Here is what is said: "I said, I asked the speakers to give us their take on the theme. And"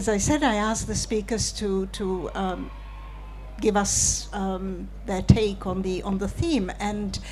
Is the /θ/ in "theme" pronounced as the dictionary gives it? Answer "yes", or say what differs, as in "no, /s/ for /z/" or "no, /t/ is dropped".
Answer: yes